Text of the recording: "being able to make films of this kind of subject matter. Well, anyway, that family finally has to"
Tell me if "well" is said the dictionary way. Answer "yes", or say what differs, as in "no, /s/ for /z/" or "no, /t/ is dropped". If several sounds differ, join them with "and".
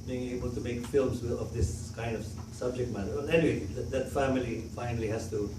no, /n/ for /l/